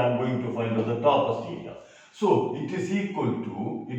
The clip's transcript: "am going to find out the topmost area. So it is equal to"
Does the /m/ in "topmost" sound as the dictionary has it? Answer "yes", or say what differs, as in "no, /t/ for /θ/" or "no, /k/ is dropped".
no, /m/ is dropped